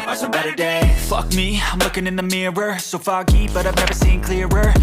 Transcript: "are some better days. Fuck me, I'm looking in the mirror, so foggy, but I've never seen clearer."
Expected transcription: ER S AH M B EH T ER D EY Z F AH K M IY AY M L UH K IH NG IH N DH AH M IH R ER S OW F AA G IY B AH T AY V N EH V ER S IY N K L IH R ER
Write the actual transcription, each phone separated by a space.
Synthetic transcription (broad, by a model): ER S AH B EH T ER D EY F AH K M IY AY M L UH K IH NG IH N DH AH M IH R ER S OW F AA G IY B AH T AY V N EH V ER S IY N K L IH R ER